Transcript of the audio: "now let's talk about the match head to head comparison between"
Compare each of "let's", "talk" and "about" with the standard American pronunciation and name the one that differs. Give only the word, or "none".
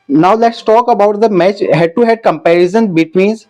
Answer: none